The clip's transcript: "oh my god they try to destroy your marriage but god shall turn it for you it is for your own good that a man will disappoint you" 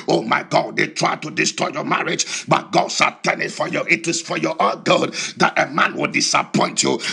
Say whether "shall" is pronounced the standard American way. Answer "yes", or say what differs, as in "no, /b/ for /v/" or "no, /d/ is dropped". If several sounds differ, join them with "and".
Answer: no, /s/ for /ʃ/